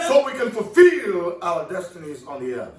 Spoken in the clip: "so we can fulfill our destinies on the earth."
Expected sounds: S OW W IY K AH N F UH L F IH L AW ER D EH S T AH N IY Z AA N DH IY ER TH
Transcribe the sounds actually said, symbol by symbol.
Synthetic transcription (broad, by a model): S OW W IY K AH N F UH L F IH L AW ER D EH S T AH N IY Z N DH IY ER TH